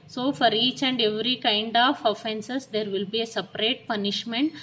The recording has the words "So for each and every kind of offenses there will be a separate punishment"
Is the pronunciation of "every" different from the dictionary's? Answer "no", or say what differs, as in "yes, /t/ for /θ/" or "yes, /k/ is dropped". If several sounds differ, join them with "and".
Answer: no